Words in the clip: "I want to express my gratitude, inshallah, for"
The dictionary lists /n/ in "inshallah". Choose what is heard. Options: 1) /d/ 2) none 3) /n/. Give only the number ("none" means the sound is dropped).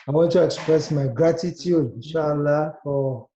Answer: 2